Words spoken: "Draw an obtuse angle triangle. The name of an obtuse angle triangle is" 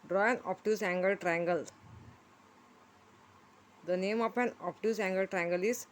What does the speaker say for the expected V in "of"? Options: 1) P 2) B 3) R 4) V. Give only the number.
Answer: 1